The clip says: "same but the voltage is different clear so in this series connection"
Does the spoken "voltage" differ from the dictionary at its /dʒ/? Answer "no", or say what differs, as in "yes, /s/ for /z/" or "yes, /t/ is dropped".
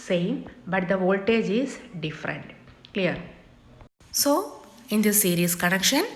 no